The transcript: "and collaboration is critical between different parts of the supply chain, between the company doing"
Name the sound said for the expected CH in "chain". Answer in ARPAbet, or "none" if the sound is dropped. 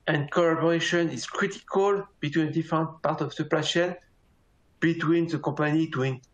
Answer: SH